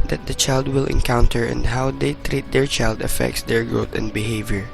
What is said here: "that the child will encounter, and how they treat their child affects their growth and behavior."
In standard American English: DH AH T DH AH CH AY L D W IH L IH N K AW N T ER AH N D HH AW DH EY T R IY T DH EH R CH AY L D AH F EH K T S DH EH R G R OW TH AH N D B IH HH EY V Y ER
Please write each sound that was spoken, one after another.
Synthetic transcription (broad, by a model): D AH T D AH CH AY L D W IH L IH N K AW N T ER AH N D HH AW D EY T R IY T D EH R CH AY L D AH F EH K T S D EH R G R OW T AH N D B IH HH EY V Y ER